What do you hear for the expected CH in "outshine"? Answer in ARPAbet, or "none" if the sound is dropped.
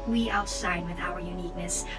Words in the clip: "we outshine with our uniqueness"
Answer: S